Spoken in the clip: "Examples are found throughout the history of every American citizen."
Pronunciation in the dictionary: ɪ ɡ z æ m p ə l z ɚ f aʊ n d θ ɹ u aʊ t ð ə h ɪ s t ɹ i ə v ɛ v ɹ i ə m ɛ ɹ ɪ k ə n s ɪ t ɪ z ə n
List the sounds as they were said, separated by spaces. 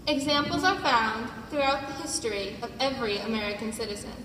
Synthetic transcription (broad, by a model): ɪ ɡ z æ m p l z ɚ f aʊ n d θ ɹ u aʊ t ð ə h ɪ s t ɹ i ə v ɛ v ɹ i ə m ɛ ɹ ɪ k ə n s ɪ t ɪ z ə n